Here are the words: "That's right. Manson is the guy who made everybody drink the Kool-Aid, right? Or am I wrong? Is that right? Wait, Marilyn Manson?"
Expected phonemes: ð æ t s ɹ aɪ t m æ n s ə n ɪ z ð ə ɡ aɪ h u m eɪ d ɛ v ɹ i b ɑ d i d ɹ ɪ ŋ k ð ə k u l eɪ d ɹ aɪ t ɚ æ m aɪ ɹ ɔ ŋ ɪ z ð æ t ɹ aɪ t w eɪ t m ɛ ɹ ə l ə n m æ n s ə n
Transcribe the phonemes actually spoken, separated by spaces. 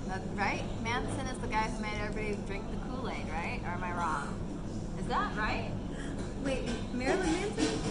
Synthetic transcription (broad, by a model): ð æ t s ɹ aɪ t m æ n s ə n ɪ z ð ə ɡ aɪ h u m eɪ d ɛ ɹ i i d ɹ ɪ ŋ k ð ə k u l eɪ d ɹ aɪ t ɚ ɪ m aɪ ɹ ɔ ŋ ɪ z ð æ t ɹ aɪ t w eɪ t m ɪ ɹ l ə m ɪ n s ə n